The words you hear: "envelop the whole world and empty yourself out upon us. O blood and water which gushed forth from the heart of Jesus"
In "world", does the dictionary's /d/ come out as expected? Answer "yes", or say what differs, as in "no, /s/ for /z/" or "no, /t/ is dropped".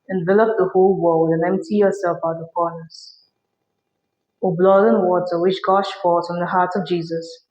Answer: yes